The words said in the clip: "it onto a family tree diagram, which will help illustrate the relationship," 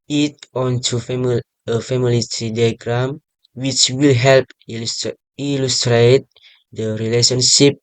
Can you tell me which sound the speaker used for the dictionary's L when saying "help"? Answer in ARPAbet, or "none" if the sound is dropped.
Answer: L